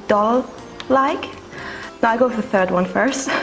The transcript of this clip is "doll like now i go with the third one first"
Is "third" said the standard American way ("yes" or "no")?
yes